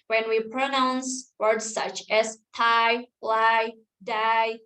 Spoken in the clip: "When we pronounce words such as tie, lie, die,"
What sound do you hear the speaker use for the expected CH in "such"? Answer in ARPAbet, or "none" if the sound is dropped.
CH